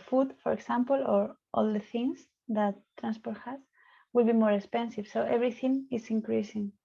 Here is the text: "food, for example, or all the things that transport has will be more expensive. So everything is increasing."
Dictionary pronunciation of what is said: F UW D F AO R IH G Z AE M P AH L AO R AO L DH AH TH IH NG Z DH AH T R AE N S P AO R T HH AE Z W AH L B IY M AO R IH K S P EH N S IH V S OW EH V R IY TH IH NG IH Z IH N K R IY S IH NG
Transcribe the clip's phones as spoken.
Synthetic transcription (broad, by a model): F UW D F AO R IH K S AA M P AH L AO R AO L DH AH TH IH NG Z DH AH T R AE N S P AO R T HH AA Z W AH L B IY M AO R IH K S P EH N S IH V S OW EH B R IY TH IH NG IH S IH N K R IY S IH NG